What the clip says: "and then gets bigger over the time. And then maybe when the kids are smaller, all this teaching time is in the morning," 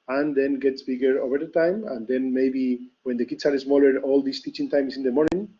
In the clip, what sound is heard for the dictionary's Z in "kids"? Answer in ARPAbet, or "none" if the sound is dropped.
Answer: S